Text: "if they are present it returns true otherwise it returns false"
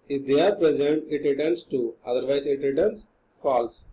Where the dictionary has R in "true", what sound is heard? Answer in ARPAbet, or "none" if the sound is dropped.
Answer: none